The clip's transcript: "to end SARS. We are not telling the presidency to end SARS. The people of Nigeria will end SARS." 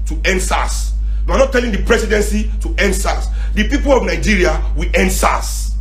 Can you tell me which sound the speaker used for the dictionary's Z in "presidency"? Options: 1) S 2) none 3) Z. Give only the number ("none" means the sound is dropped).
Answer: 1